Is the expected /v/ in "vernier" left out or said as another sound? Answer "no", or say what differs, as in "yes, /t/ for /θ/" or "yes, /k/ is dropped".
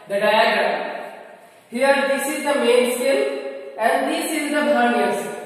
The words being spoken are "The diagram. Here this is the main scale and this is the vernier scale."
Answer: yes, /b/ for /v/